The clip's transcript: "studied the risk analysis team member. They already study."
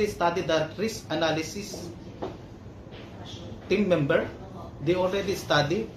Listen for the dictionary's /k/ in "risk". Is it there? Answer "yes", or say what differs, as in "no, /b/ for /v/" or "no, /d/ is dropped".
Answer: no, /k/ is dropped